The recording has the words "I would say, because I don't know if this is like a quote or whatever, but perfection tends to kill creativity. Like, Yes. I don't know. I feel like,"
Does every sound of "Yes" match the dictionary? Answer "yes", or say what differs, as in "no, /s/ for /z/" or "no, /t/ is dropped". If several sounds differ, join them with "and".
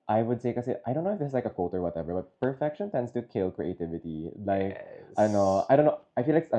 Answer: no, /s/ is dropped